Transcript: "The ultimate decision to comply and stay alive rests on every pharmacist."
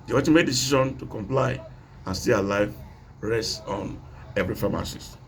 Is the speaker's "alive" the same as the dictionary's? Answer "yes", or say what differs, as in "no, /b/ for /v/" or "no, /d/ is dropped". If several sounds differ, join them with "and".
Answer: yes